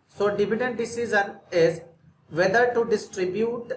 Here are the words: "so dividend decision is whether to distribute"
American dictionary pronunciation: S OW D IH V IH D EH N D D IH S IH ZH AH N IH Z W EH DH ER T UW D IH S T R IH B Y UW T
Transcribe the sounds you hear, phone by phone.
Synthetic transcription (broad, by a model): S OW D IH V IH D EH N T D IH S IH Z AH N IH Z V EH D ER T UW D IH S T R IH B Y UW T